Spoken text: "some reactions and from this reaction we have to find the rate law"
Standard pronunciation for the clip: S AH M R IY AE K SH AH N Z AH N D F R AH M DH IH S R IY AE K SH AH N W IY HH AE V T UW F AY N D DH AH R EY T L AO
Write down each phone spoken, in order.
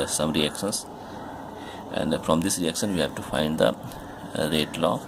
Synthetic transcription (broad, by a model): S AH M R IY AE K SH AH N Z AH N D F R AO M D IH S R IY AE K SH AH N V IY HH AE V T UW F AY N D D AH R EY T L AO